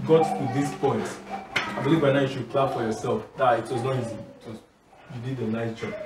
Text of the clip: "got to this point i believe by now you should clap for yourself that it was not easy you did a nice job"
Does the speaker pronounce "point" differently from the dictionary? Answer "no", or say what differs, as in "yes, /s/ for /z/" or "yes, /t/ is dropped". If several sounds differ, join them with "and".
no